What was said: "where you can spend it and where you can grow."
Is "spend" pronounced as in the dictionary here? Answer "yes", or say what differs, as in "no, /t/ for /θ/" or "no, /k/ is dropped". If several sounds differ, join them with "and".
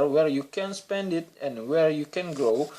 yes